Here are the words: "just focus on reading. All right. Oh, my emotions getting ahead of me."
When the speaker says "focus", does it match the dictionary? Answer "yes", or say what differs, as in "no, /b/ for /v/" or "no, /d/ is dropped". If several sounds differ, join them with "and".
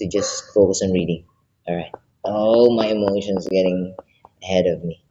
yes